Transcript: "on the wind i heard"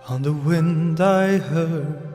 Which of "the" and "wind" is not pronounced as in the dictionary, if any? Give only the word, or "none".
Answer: none